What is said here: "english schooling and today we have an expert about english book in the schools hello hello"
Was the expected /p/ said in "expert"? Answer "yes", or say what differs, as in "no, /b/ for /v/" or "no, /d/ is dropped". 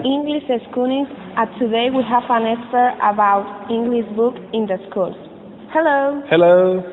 no, /p/ is dropped